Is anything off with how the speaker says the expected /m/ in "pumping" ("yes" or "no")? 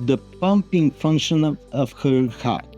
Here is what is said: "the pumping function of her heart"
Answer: no